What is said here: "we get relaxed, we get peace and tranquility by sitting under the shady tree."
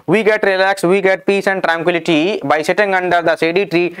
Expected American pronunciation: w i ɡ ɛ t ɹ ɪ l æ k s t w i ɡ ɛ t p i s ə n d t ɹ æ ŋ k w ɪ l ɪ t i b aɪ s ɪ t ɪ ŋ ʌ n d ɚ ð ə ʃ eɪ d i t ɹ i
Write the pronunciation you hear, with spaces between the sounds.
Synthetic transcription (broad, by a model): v i ɡ ɛ t ɹ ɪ l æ k s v i ɡ ɛ t p i s ə n d t ɹ æ ŋ k w ɪ l ɪ t i b aɪ s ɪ t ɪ ŋ ʌ n d ɚ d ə s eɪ d i t ɹ i